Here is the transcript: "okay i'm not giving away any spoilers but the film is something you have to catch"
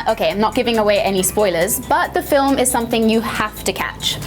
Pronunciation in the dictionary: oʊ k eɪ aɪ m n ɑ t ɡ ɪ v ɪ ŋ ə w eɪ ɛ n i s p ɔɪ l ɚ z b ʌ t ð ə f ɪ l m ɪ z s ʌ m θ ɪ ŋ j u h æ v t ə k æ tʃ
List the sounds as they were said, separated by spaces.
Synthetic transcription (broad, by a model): oʊ k eɪ aɪ m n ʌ t ɡ ɪ v ɪ ŋ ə w eɪ ɛ n i s p ɔɪ l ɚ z b ʌ t ð ə f ɪ l m ɪ z s ʌ m θ ɪ ŋ j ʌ h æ f t ə k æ tʃ